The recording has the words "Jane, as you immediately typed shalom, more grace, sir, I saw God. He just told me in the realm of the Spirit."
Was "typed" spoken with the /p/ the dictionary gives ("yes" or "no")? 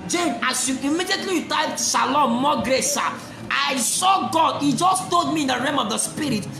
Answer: no